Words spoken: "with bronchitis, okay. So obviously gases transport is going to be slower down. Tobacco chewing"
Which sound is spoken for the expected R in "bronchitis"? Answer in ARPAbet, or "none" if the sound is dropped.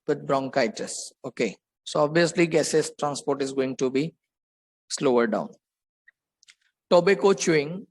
R